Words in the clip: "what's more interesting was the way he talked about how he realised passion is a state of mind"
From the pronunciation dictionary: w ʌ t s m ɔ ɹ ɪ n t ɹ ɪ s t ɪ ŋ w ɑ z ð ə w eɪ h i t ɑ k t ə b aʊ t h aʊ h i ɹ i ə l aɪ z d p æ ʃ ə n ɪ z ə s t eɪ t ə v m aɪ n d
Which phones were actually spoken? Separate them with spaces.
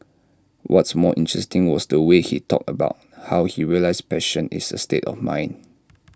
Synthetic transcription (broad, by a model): w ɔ t s m ɔ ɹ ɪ n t ɹ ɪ s t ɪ ŋ w ɑ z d ə w eɪ h i t ɑ k t ə b aʊ t h aʊ h i ɹ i ə l aɪ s p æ ʃ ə n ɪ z ə s t eɪ t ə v m aɪ n